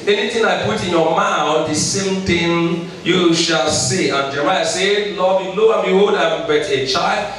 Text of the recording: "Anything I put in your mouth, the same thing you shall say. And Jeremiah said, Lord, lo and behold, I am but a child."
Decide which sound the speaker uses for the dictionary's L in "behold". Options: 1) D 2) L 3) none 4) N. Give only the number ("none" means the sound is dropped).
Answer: 3